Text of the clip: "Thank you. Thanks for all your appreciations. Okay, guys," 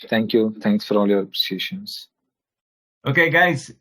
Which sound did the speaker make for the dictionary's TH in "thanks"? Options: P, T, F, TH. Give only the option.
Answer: T